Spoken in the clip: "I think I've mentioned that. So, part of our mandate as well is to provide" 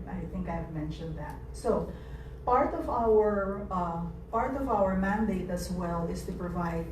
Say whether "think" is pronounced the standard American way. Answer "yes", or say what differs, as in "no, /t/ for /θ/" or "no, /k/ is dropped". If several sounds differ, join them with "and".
yes